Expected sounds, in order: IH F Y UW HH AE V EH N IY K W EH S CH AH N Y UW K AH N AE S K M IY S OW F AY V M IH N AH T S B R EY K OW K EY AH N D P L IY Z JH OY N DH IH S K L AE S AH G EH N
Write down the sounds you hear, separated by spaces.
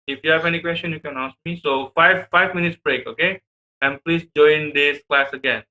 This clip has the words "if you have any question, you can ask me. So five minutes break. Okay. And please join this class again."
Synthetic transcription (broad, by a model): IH F Y UW HH AE V EH N IY K W EH S CH AH N Y UW K AH N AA S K M IY S OW F AY V M IH N AH T S B R EY K OW K EY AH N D P L IY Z JH OY N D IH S K L AE S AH G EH N